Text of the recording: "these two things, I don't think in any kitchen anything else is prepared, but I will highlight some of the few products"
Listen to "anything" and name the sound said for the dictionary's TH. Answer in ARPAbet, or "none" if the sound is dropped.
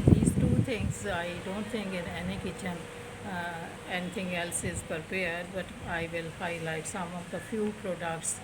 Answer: T